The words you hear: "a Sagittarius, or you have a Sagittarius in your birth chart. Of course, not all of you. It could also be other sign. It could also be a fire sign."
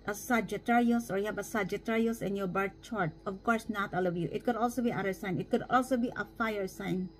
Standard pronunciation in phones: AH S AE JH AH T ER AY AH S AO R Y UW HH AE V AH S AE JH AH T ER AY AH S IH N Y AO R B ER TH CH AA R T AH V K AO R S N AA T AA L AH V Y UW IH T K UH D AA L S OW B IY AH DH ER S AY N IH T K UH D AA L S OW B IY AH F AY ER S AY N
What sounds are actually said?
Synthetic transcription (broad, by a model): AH S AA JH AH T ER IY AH S AO R Y UW HH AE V AH S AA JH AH T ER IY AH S IH N Y AO R B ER T CH AA R T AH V K AO R S N AA T AA L AH V Y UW IH T K UH D AA L S OW B IY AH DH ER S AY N IH T K UH D AA L S OW B IY AH F AY ER S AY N